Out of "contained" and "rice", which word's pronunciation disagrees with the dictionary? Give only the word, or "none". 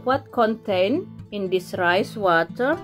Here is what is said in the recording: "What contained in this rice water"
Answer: contained